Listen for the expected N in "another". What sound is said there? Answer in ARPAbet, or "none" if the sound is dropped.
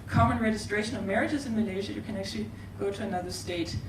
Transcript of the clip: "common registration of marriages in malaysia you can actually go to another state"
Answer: N